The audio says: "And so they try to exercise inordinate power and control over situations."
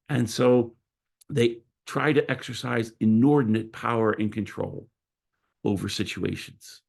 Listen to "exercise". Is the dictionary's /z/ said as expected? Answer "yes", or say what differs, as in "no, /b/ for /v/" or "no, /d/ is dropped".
yes